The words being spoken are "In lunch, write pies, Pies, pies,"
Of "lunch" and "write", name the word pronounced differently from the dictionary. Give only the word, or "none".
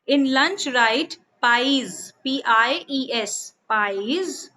none